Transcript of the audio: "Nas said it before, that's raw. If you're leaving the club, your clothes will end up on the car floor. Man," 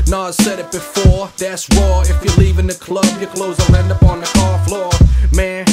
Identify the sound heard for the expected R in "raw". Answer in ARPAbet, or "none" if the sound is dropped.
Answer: W